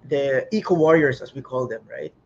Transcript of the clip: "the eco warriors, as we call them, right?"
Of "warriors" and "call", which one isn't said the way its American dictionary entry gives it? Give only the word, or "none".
warriors